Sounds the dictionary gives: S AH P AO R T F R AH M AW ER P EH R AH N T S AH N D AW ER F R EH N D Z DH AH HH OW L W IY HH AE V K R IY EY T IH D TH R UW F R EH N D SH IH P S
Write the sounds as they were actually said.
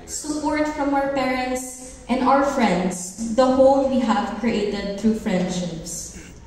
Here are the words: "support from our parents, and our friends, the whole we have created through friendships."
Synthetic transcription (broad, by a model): S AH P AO R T F R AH M AW ER P EH R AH N T S AH N D AW ER F R EH N D S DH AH HH OW L W IY HH AE V K R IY EY T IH D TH R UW F R EH N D SH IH P S